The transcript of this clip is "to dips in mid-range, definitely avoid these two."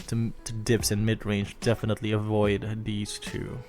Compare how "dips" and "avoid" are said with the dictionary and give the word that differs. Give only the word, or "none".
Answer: none